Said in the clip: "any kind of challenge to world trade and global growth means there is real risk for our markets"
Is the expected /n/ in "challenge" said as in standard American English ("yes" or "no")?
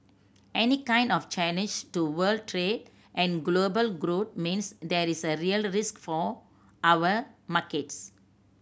no